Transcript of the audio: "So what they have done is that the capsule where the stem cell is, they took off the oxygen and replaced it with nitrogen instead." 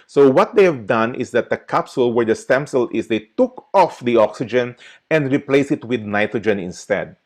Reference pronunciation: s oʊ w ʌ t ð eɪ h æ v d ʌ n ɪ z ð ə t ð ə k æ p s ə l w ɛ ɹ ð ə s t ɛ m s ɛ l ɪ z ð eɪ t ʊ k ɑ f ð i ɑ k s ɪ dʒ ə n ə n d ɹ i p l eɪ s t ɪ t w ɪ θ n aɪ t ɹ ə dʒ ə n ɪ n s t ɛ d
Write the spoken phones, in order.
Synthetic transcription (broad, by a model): s oʊ w ʌ t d eɪ h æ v d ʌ n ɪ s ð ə t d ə k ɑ p s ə l w ɛ ɹ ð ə s t ɛ m s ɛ l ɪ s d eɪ t ʊ k ɑ f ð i ɑ k s ɪ dʒ ə n ə n d ɹ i p l eɪ s ɪ t w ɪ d n aɪ t ɹ ə dʒ ə n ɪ n s t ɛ d